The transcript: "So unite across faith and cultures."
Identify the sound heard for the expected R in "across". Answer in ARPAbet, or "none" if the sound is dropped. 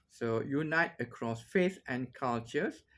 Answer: R